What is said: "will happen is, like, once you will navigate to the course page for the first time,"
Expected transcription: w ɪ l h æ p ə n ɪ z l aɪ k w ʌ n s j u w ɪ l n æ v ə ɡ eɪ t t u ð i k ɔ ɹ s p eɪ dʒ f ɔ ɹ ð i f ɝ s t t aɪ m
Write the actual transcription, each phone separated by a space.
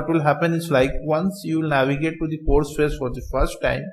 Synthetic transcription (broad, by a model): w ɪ l h æ p ə n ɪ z l aɪ k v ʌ n s j u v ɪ l n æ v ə ɡ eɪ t t u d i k ɔ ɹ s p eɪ z f ɔ ɹ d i f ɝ s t t aɪ m